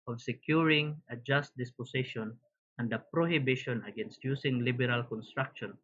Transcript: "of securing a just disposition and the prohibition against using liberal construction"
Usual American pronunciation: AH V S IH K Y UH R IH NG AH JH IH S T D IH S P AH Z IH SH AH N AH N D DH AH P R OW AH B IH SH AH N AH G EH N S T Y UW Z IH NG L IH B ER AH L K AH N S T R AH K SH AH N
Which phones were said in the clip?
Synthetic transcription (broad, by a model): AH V S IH K Y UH R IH NG AH JH IH S T D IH S P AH S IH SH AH N AH N D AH P R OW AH B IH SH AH N AH G EH N S T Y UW S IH NG L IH B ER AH L K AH N S T R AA K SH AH N